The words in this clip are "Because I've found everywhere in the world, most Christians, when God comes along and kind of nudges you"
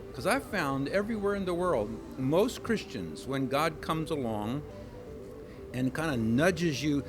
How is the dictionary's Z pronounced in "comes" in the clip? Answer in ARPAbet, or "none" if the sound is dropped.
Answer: Z